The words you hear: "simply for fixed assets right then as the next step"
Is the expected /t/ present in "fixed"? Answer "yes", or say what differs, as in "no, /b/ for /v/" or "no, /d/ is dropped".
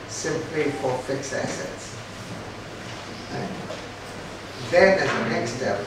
no, /t/ is dropped